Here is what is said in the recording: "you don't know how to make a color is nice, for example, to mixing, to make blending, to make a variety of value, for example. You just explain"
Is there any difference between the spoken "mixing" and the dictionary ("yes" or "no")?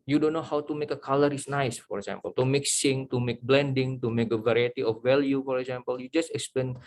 no